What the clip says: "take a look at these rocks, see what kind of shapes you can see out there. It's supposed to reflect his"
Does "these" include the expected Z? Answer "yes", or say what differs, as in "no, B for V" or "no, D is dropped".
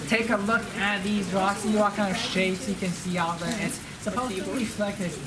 yes